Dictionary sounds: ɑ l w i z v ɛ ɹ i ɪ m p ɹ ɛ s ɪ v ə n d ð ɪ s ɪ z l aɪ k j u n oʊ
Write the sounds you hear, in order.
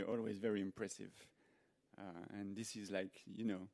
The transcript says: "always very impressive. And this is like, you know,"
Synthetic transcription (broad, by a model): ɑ l w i z v ɛ ɹ i ɪ m p ɹ ɛ s ɪ v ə n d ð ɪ s ɪ z l aɪ k j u n oʊ